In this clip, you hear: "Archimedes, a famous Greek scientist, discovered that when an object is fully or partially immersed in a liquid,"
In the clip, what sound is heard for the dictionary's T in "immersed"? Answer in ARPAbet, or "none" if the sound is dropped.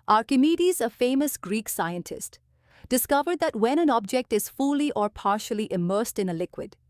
T